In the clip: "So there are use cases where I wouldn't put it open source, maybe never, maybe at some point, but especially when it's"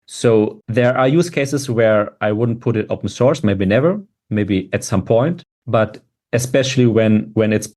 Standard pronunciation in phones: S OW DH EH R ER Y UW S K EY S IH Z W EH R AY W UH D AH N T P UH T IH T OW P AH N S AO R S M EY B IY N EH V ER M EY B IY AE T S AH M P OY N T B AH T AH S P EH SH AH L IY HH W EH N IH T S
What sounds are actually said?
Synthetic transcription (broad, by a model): S OW DH EH R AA Y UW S K EY S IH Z W EH R AY W UH D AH N T P UH T IH T OW P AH N S AO R S M EY B IY N EH V ER M EY B IY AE T S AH M P OY N T B AH T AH S P EH SH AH W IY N W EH N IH T S